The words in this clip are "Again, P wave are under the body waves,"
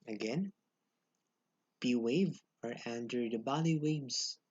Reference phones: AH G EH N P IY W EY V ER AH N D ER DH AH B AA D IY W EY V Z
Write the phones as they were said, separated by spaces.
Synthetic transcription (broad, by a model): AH G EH N B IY W EY V ER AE N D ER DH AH B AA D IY W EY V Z